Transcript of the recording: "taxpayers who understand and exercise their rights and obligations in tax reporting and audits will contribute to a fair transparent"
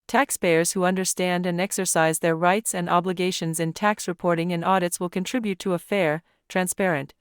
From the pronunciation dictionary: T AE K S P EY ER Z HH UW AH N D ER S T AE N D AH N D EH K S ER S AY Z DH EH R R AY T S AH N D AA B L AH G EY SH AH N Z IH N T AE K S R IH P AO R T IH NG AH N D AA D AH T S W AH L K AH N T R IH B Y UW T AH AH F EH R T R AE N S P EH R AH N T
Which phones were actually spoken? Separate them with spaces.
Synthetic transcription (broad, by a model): T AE K S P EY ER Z HH UW AH N D ER S T AE N D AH N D EH K S ER S AY Z DH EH R R AY T S AH N D AA B L AH G EY SH AH N Z IH N T AE K S R IH P AO R T IH NG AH N AA D AH T S W AH L K AH N T R IH B Y UW T AH AH F EH R T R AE N S P EH R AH N T